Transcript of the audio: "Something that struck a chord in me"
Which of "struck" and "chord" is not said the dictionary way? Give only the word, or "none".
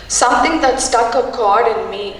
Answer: struck